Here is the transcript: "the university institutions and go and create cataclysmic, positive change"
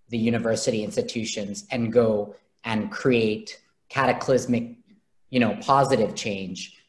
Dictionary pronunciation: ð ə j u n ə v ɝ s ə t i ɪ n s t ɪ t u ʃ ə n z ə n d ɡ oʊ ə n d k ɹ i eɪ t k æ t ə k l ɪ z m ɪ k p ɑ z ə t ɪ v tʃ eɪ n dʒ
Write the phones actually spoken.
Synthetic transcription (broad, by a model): ð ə j u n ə v ɝ s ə t i ɪ n s t ɪ t u ʃ ə n z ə n ɡ oʊ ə n k ɹ i eɪ t k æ t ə k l ɪ z m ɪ k p ɑ z ə t ɪ v tʃ eɪ n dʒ